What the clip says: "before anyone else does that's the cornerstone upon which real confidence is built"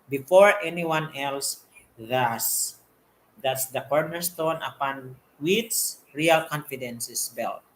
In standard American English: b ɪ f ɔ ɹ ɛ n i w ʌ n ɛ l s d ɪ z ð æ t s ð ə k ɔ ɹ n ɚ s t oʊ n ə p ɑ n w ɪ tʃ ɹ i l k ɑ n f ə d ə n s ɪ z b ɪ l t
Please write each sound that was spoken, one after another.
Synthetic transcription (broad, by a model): b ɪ f ɔ ɹ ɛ n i w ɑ n ɛ l s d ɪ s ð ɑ t s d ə k ɔ ɹ n ɚ s t oʊ n ə p ɑ n w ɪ s ɹ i l k ɑ n f ə d ə n s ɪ s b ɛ l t